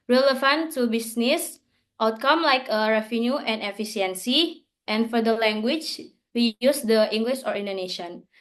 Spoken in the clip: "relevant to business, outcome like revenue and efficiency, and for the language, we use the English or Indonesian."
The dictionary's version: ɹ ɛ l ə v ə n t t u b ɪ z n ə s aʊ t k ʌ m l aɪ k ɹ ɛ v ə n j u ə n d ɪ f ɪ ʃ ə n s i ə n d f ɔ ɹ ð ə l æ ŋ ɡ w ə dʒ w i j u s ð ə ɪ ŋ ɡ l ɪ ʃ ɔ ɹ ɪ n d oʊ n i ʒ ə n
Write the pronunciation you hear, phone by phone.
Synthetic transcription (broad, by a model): ɹ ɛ l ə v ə n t t u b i s n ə s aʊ t k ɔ m l aɪ k ɹ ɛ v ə n j u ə n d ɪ f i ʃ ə n s i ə n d f ɔ ɹ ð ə l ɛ ŋ ɡ w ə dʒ w i j u s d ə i ŋ ɡ l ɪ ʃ ɔ ɹ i n d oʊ n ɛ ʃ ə n